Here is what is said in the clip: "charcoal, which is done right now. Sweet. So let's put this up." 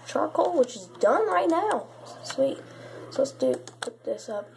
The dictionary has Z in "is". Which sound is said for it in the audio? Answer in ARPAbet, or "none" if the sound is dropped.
Z